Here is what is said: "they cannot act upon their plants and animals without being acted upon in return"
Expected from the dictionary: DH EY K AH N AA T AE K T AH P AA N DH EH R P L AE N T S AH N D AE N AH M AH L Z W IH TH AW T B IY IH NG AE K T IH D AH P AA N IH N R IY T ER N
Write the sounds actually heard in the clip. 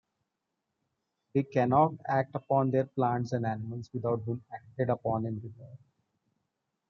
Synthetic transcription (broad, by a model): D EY K AH N AA T AE K T AH P AA N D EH R P L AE N T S AH N D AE N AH M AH L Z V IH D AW T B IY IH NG AE K T IH D AH P AA N IH N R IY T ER